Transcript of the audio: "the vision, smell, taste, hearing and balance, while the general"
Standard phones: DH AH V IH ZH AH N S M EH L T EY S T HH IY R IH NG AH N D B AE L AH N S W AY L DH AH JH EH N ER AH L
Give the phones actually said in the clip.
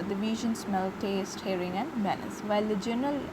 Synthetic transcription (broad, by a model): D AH V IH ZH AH N S M EH L T EY S T HH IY R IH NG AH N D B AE N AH S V AY L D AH JH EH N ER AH L